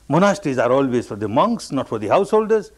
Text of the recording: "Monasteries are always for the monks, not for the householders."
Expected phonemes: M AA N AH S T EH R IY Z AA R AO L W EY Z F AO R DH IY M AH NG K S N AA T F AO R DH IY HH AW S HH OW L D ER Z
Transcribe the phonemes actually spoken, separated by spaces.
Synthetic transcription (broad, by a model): M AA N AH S T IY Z AA R AO L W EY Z F AO R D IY M AH NG K S N AA T F AO R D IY HH AW S HH OW L D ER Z